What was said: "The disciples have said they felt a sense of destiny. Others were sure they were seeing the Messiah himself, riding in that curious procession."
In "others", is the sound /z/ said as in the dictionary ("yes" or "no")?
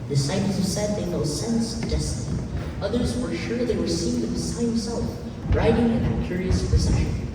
yes